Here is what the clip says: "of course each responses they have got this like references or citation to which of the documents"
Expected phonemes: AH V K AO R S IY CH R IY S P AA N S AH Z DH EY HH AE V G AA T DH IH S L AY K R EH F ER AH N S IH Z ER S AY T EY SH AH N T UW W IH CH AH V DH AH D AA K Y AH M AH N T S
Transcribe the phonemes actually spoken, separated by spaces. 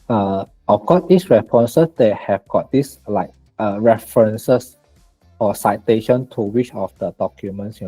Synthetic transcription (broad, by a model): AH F K AO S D IY S R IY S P AA N S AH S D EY HH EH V G AA T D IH S L AY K R EH F ER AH N S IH S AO S AY T EY SH AH N T UW W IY CH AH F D AH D AA K Y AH M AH N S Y